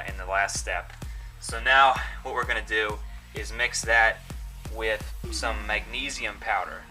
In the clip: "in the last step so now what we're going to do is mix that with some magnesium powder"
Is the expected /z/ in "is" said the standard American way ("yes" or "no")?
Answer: yes